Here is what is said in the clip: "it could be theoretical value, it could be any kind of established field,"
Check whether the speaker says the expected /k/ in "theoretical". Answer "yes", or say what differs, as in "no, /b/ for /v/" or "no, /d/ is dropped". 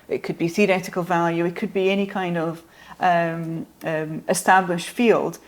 yes